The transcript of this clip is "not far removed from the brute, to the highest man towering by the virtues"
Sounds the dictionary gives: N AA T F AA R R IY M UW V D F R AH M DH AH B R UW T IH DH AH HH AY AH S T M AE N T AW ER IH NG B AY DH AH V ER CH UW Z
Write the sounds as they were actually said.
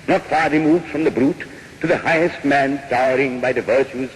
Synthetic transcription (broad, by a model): N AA T F AA R R IY M UW V D F R AH M DH AH B R UW T IH DH AH HH AY AH S T M AE N T AW ER IH NG B AY DH AH V ER CH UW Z